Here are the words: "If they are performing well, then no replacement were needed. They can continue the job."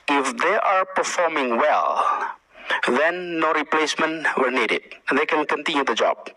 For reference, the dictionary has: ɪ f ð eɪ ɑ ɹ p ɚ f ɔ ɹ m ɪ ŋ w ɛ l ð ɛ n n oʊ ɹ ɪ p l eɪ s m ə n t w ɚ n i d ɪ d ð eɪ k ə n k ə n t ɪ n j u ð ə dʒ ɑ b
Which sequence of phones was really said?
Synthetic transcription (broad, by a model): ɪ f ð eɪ ɑ ɹ p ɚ f ɔ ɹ m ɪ ŋ w ɛ l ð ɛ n n oʊ ɹ ɪ p l eɪ s m ə n t w ɚ n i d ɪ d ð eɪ k ə n k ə n t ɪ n j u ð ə dʒ ɑ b